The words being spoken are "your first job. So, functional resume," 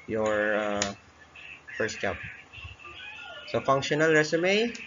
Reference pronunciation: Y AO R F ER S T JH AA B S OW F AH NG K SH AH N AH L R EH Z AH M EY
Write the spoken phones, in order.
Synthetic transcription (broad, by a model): Y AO R F ER S T CH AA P S OW F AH NG K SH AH N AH L R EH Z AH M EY